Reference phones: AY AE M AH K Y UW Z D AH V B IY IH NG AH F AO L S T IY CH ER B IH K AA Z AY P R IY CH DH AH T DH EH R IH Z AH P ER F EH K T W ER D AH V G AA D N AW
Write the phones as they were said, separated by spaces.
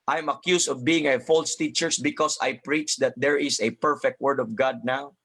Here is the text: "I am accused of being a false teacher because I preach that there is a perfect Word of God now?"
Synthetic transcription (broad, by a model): AY M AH K Y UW S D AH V B IY IH NG AH F AO L S T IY CH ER B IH K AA S AY P R IY CH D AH T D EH R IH S AH P ER F EH K T W ER D AH V G AA D N AW